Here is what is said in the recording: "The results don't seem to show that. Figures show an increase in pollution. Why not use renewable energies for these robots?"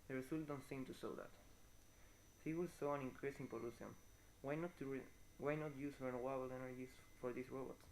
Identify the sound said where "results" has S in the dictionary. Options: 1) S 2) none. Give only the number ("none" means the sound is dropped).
2